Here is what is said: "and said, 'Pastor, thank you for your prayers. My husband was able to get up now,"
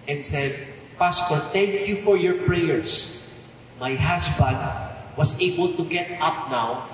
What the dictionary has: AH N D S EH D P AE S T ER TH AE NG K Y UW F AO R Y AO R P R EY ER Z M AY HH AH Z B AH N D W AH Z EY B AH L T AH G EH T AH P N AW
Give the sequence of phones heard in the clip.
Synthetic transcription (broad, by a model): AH N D S EH D P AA S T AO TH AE NG K Y UW F AO R Y AO R P R EY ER S M AY HH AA S B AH N D W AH S EY B AH L T AH G EH T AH P N AW